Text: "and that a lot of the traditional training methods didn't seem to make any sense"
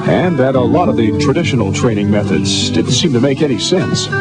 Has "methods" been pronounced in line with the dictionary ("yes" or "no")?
yes